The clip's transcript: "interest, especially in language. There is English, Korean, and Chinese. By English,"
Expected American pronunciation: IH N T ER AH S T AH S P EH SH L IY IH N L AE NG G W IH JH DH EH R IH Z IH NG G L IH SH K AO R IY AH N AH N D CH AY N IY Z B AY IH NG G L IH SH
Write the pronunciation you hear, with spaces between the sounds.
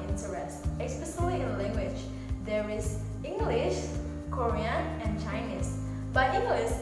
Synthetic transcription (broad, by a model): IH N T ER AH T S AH S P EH S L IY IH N L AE NG G W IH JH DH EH R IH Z IH NG G L IH SH K AO R IY AH N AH N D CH AY N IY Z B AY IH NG G L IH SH